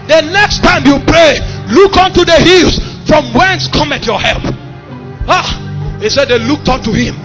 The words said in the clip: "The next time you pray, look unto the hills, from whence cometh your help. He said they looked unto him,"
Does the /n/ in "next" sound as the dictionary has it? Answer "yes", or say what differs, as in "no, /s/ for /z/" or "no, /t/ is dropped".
yes